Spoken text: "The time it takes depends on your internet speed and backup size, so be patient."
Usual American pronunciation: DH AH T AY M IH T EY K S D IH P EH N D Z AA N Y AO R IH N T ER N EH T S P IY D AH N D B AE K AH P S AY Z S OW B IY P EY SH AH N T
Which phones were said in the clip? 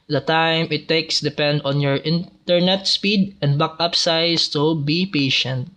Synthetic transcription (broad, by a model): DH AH T AY M IH T EY K S D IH P EH N D AA N Y AO R IH N T ER N EH T S P IY D AH N D B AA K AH P S AY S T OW B IY P EY SH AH N T